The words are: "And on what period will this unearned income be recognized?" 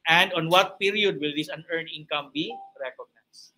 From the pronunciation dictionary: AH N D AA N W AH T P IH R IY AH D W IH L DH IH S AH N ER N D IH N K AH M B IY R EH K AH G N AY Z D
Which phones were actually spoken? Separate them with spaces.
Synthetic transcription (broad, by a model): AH N D AA N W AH T P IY R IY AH D W IH L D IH S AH N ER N IH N K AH M B IY R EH K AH G N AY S